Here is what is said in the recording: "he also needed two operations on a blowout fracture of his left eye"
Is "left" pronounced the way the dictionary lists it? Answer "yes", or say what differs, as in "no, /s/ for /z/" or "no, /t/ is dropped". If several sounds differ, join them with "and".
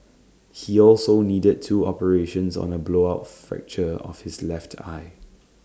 yes